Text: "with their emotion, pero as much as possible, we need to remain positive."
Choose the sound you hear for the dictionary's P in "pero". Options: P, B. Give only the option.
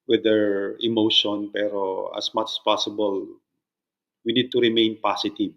P